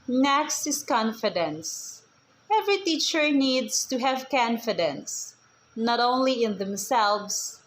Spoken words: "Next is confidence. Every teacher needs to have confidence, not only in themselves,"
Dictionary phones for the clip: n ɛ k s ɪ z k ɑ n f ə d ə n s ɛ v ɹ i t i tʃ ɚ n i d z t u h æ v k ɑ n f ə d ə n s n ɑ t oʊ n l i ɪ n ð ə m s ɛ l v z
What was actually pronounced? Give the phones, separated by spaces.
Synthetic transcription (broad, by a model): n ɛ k s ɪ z k ɑ n f ə d ə n s ɛ v ɹ i t i tʃ ɚ n i d s t u h æ v k ɑ n f ə d ə n s n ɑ t oʊ n l i ɪ n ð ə m s ɛ l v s